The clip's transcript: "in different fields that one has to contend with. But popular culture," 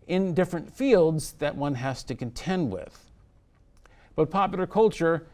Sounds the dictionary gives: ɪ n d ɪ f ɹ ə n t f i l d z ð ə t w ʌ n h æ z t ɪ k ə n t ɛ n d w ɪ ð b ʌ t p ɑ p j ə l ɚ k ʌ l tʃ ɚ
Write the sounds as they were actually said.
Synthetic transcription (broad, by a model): ɪ n d ɪ f ɹ ə n t f i l d z ð ə t w ʌ n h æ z t ɪ k ə n t ɛ n d w ɪ ð b ʌ t p ɑ p j l ɚ k ʌ l tʃ ɚ